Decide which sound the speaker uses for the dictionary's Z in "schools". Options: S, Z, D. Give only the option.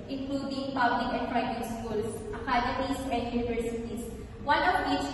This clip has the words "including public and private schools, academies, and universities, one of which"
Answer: S